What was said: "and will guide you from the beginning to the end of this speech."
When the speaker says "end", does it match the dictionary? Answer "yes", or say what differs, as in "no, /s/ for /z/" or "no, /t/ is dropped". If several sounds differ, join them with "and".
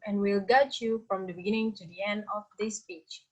yes